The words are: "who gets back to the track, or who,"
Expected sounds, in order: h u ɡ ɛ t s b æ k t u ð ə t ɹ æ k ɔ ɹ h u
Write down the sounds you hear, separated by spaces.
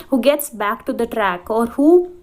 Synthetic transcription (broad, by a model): h u ɡ ɛ t s b æ k t u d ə t ɹ æ k ɔ ɹ h u